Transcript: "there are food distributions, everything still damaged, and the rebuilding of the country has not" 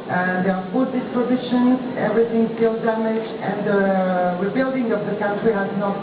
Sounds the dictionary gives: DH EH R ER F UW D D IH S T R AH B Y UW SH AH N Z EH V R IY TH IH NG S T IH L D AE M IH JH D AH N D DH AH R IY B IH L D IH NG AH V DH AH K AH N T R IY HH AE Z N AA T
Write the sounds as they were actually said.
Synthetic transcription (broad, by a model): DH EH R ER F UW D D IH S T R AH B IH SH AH N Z EH V R IY TH IH NG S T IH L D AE M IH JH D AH N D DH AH R IY B IH L D IH NG AH V DH AH K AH N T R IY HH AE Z N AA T